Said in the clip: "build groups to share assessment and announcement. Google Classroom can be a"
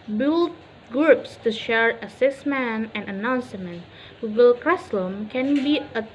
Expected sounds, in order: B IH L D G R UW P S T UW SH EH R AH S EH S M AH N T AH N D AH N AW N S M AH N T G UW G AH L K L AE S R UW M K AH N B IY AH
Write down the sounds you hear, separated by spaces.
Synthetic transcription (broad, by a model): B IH L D G R UW P S T UW SH EH R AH S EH S M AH N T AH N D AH N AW N S M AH N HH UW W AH L K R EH S L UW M K AH N B IY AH